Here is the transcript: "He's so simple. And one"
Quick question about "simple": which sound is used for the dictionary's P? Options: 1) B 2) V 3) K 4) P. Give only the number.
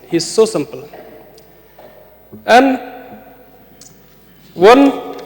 4